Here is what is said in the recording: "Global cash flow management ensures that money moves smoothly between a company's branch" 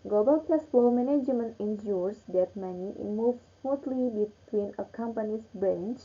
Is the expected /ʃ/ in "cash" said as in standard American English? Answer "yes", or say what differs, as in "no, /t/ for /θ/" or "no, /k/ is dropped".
no, /s/ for /ʃ/